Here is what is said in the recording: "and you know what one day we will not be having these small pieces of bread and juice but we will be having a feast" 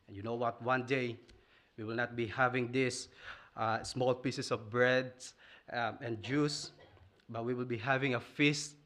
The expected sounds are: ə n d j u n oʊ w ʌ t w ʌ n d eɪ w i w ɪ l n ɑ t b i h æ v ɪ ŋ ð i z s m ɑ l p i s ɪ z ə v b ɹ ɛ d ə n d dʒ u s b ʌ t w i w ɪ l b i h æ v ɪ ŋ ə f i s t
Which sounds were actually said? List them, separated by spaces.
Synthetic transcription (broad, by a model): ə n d j u n oʊ w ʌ t w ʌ n d eɪ w i w ɪ l n ɑ t b i h æ v ɪ ŋ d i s s m ɑ l p i s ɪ s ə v b ɹ ɛ d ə n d dʒ u s b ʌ t w i w ɪ l b i h æ v ɪ ŋ ə f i s t